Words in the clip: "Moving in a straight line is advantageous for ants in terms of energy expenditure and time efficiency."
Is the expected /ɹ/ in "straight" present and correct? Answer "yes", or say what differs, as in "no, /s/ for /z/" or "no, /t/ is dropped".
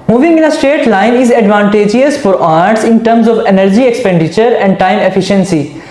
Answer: no, /ɹ/ is dropped